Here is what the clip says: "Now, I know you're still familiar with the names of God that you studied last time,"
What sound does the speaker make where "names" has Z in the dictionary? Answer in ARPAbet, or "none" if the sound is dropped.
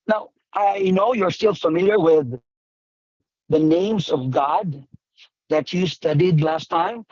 Z